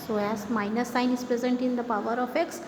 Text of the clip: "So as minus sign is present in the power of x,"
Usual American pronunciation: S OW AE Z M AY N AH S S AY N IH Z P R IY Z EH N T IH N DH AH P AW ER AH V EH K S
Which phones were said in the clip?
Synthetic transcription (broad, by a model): S OW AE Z M AY N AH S S AY N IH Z P R IY Z EH N T IH N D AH P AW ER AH F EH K S